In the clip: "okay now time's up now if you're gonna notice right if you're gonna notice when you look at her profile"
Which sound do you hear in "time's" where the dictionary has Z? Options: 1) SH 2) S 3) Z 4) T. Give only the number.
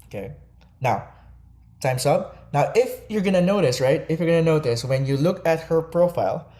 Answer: 2